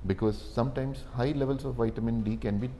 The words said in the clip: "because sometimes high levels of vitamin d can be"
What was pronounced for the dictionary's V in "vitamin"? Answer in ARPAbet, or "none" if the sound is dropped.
V